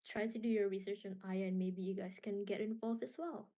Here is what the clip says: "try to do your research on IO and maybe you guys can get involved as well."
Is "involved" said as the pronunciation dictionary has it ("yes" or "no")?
no